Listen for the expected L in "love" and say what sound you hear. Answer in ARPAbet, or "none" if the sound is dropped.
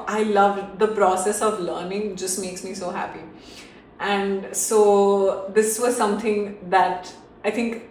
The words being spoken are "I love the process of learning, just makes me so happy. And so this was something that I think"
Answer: L